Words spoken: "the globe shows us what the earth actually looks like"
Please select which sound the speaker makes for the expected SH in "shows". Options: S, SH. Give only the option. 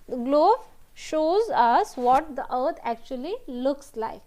SH